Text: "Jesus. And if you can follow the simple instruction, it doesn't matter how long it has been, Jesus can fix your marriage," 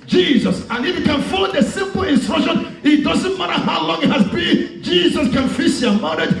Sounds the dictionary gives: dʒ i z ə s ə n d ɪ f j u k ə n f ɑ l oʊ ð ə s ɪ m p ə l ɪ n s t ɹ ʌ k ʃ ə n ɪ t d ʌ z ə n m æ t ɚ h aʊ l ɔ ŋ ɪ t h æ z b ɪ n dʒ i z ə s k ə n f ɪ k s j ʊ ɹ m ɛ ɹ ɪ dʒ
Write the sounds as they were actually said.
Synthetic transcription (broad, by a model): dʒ i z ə s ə n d ɪ f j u k ə n f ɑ ɪ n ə s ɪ m p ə l ɪ n s t ɹ ʌ k ʃ ə n ɪ t d ʌ z ə n m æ t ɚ h aʊ l ɔ ŋ ɪ t h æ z b ɪ n dʒ i z ə s k ə n f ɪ s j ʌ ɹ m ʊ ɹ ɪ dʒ